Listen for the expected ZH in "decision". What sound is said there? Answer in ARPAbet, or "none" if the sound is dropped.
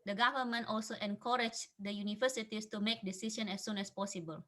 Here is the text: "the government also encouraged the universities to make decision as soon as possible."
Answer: SH